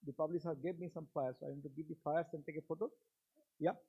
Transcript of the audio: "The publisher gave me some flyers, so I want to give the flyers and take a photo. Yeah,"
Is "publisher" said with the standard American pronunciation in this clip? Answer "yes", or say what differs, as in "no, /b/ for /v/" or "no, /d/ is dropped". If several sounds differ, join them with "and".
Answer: no, /s/ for /ʃ/